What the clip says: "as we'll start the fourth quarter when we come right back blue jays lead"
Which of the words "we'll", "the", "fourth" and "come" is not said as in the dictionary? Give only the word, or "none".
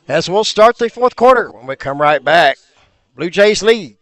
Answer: none